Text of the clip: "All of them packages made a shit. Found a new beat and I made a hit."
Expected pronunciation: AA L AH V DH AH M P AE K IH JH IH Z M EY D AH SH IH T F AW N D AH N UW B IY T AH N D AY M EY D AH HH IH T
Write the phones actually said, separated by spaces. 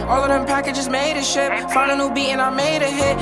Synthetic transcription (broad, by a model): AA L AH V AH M P AE K IH JH IH Z M EY D AH SH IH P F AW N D AH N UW B IY AH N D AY M EY D AH HH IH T